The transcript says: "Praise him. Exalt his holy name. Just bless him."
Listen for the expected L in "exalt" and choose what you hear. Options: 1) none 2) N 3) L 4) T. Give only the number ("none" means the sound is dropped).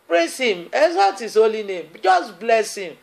1